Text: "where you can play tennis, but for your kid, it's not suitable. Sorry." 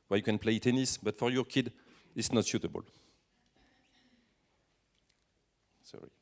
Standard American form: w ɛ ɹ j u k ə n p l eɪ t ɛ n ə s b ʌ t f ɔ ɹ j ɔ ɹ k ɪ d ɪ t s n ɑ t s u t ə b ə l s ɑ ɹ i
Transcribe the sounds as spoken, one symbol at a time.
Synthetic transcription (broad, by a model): w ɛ j u k ə n p l eɪ t ɛ n ə s b ʌ t f ɔ ɹ j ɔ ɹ k ɪ d ɪ t s n ɑ t ʃ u t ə b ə l s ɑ ɹ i